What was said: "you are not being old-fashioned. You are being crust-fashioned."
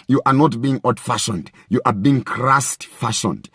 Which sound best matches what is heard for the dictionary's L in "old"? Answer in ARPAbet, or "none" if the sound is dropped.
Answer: none